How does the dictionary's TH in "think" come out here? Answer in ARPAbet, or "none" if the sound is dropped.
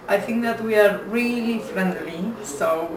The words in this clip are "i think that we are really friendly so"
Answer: TH